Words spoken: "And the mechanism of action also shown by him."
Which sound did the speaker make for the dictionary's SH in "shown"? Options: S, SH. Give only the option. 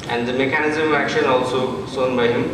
S